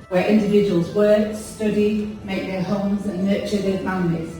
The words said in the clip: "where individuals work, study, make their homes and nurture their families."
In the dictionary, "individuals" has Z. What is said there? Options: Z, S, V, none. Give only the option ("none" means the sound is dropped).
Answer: Z